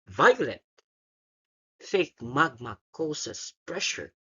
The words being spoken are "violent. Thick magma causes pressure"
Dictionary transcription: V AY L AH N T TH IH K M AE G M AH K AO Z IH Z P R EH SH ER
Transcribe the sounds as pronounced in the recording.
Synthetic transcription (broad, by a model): V AY L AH N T F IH K M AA G M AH K AO S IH S P R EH SH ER